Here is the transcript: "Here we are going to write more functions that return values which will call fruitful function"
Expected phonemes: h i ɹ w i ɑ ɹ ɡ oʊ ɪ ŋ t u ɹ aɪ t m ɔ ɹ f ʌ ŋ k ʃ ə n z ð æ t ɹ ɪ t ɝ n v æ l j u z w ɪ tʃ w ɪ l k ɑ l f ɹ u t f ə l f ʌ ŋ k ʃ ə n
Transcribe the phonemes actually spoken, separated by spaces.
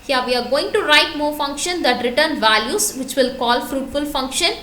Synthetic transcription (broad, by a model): h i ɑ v i ɑ ɹ ɡ oʊ ɪ ŋ t u ɹ aɪ t m ɔ ɹ f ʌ ŋ k ʃ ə n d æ t ɹ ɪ t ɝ n v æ l j u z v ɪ tʃ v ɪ l k ɑ l f ɹ u t f ə l f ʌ ŋ k ʃ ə n